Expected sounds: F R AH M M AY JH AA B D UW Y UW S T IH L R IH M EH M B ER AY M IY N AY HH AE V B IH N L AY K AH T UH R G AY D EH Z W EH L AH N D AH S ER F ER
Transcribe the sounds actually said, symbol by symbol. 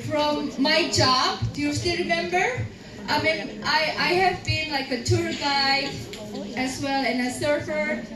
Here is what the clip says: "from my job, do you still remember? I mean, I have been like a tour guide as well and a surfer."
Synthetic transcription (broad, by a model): F R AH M M AY JH AA B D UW Y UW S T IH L R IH M EH M B ER AY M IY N AY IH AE V B IH N L AY K AH T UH R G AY EH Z W EH L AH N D AH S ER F ER